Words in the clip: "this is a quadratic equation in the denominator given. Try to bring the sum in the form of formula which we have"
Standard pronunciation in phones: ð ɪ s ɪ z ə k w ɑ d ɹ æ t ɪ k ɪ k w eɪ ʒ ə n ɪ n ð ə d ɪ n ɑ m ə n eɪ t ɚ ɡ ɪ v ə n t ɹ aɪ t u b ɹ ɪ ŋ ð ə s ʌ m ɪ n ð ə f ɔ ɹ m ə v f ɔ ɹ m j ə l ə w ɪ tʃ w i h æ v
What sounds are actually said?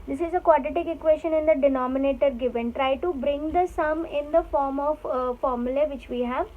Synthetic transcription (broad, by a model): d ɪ s ɪ z ə k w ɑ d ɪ t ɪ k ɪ k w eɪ ʃ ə n ɪ n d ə d ɪ n ɑ m ə n eɪ t ɚ ɡ ɪ v ə n t ɹ aɪ t u b ɹ ɪ ŋ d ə s ʌ m ɪ n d ə f ɔ ɹ m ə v f ɔ ɹ m j ə l ə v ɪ tʃ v i h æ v